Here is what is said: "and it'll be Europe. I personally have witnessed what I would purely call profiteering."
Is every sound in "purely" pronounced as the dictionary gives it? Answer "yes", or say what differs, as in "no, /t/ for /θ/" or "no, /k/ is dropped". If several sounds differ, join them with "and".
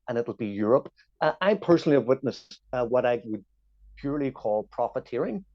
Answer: yes